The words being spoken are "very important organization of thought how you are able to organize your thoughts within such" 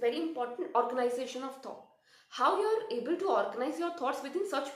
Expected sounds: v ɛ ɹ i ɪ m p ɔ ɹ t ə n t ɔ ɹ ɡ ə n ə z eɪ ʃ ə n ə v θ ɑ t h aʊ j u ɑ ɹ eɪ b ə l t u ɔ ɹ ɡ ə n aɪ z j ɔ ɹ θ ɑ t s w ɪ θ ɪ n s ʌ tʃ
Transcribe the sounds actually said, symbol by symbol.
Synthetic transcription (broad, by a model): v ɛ ɹ i ɪ m p ɔ ɹ t ə n t ɔ ɹ ɡ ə n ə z eɪ ʃ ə n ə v t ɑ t h aʊ j u ɑ ɹ eɪ b ə l t u ɔ ɹ ɡ ə n aɪ z j ɔ ɹ t ɑ t s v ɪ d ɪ n s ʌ tʃ